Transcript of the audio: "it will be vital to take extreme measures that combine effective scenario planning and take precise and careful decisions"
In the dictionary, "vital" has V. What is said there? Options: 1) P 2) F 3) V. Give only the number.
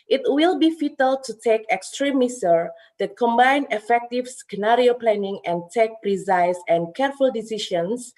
2